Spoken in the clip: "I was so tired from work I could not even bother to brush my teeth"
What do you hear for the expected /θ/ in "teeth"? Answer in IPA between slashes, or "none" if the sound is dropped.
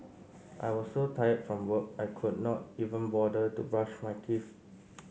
/f/